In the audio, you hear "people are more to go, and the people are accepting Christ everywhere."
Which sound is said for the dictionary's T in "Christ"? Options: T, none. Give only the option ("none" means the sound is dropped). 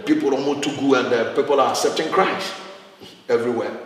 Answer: none